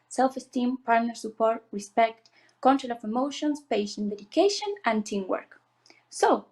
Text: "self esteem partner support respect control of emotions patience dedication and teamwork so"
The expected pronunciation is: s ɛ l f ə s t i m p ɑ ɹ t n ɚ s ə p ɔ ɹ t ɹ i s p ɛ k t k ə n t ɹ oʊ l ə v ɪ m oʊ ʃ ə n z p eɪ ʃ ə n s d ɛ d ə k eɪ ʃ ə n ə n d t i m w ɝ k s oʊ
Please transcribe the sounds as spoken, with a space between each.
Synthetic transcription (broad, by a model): s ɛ l f ə s t i m p ɑ ɹ t n ɚ s ə p ɔ ɹ t ɹ i s p ɛ k t k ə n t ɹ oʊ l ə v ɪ m oʊ ʃ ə n s p eɪ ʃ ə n d ɛ d ə k eɪ ʃ ə n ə n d t i m w ɝ k s oʊ